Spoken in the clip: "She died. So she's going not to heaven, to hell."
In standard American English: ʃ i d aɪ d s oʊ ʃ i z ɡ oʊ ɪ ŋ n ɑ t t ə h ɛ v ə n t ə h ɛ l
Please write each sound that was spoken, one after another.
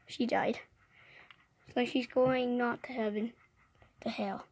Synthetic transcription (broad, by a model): ʃ i d aɪ d s oʊ ʃ i z ɡ oʊ ɪ ŋ n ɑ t t ə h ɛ b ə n t ə h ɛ l